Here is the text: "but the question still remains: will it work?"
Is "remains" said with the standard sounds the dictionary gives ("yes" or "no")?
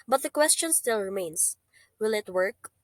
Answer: no